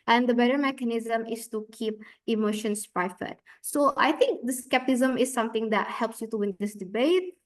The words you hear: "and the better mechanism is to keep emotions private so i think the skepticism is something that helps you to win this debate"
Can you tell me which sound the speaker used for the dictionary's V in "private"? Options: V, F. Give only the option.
F